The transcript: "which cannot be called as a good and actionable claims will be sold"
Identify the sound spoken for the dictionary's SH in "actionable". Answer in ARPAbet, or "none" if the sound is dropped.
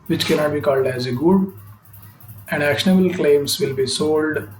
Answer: SH